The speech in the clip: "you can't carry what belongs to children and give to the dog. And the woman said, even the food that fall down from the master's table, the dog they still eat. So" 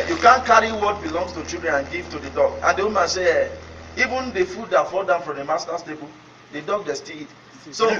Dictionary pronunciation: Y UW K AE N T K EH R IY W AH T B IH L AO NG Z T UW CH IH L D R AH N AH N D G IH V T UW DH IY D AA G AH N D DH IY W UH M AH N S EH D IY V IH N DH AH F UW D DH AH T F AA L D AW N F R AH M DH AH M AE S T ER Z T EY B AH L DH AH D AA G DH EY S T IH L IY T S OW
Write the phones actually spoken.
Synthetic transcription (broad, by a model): Y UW K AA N K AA R IY W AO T B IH L AO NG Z T UW CH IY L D R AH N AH N G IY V T UW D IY D AA G AH N D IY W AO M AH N S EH IY V IH N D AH F UW D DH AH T F AA L D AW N F R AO M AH M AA S T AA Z T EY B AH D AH D AA G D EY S T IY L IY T S OW